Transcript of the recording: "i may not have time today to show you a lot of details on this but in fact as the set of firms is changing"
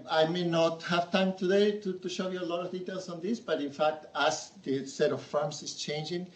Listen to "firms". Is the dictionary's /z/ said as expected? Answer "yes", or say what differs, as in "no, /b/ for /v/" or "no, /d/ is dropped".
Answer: no, /s/ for /z/